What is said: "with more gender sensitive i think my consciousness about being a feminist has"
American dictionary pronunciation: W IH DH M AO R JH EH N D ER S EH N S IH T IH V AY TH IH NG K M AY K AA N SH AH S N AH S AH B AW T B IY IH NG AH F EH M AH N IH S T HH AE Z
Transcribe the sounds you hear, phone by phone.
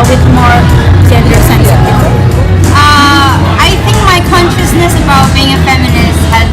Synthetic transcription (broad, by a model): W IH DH M AO R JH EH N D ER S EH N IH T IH AY TH IH NG K M AY K AA N SH AH S N AH S AH B AW T B IY IH NG AH F EH M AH N IH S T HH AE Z